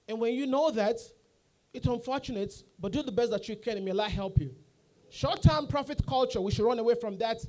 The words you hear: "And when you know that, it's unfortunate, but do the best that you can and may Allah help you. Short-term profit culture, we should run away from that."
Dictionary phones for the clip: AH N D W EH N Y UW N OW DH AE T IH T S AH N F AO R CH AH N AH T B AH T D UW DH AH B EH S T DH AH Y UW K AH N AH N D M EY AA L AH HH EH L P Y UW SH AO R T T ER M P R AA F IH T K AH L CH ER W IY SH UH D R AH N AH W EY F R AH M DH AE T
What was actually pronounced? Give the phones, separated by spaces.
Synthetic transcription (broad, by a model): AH N W EH N Y UW N OW DH AE T IH T S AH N F AO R CH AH N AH T B AH T D UW DH AH B EH S T DH AH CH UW K AH N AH M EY AA AH HH EH L P Y UW SH AO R T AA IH M P R AA F IH T K AH L CH ER W IY SH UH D R AH N AH W EY F R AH M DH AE T